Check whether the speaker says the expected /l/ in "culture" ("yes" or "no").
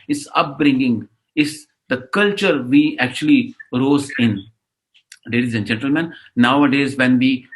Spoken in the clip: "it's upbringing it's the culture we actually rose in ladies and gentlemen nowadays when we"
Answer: yes